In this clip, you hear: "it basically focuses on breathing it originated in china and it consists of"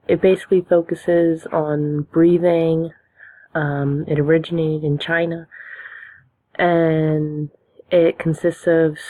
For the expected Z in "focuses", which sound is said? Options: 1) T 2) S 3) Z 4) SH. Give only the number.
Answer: 3